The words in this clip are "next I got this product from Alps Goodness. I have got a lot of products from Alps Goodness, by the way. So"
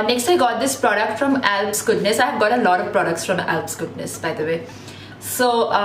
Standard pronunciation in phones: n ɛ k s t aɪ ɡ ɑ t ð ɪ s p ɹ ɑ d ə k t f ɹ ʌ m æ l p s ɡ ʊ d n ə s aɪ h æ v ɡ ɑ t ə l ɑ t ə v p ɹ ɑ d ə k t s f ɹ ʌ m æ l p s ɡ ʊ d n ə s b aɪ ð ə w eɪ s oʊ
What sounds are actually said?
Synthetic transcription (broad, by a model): n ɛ k s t aɪ ɡ ɑ t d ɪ s p ɹ ɑ d ə k t f ɹ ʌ m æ l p s ɡ ʊ d n ə s aɪ h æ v ɡ ɑ t ə l ɑ t ə v p ɹ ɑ d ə k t s f ɹ ʌ m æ l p s ɡ ʊ d n ə s b aɪ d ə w eɪ s oʊ